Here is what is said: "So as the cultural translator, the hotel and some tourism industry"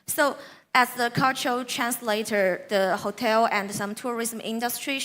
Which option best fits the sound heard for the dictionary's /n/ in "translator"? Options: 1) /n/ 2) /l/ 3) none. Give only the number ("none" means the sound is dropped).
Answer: 1